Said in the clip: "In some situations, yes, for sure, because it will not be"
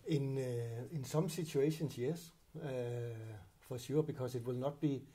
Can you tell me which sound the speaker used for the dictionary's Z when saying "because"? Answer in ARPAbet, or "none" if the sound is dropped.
S